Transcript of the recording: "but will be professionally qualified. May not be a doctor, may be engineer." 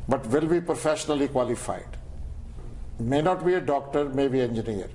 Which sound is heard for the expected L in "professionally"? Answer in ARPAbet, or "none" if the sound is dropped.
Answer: L